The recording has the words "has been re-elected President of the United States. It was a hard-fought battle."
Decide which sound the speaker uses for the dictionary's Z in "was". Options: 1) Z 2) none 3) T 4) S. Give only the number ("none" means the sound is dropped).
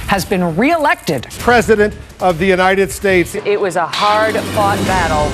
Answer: 1